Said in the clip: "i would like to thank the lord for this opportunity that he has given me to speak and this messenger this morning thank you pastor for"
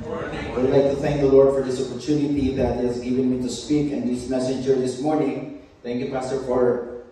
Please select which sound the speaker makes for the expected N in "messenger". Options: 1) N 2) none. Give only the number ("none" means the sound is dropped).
2